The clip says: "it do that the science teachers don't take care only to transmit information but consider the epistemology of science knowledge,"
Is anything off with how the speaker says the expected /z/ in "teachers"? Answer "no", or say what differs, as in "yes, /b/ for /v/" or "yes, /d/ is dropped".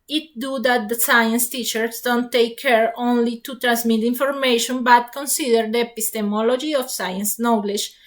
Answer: yes, /s/ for /z/